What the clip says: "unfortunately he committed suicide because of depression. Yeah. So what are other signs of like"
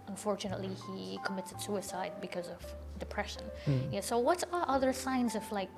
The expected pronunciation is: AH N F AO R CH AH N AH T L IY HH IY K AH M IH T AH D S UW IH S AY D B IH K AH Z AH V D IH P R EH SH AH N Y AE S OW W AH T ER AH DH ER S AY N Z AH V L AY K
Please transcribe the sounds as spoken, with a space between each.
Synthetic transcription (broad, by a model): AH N F AO R CH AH N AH T L IY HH IY K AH M IH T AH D S UW IH S AY D B IH K AH Z AH V D IH P R EH SH AH N Y AE S OW W AH T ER AH DH ER S AY N Z AH V L AY K